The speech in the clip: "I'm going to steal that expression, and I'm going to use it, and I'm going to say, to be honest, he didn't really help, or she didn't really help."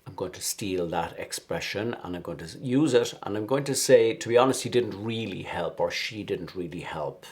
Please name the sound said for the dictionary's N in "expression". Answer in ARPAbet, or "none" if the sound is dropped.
N